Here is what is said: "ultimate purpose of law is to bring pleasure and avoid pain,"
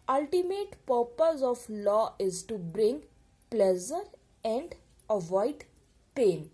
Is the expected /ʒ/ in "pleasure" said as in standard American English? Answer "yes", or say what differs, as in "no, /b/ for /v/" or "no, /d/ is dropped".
no, /z/ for /ʒ/